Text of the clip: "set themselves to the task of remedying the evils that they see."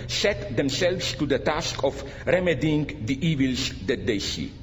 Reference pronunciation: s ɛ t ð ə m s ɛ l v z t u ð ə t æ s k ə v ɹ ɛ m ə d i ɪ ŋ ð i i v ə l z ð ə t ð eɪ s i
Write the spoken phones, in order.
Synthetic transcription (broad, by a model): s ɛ t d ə m s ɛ l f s t u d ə t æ s k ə f ɹ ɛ m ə d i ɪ ŋ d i i v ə l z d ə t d eɪ s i